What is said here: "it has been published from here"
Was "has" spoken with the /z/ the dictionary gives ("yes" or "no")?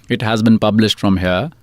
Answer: yes